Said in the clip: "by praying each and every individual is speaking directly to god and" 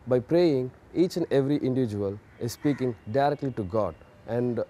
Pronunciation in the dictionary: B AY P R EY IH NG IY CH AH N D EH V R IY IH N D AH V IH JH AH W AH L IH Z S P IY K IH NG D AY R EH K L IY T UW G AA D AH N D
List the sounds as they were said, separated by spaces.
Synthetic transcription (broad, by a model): B AY P R EY IH NG IY CH AH N D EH V R IY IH N D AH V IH JH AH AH L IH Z S P IY K IH NG D AY R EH K L IY T UW G AA D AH N D